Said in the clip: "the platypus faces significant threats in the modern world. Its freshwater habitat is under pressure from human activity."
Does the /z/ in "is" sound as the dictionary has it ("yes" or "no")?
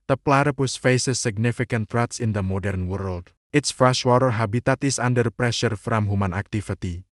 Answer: no